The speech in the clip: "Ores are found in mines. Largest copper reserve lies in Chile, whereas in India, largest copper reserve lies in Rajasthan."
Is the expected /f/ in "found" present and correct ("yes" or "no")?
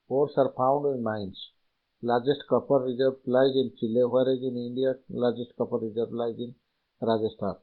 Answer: no